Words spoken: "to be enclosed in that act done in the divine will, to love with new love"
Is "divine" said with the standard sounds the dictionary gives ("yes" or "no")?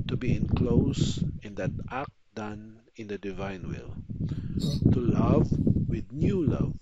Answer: yes